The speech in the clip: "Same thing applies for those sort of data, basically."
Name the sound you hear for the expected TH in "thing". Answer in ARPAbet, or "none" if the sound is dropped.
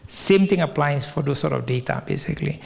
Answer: T